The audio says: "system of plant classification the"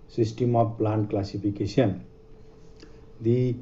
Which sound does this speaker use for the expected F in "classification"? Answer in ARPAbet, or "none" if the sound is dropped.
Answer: P